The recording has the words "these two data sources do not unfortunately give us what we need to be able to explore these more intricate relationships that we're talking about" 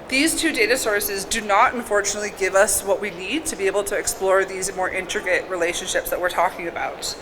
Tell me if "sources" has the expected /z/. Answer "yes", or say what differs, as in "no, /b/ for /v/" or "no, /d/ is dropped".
yes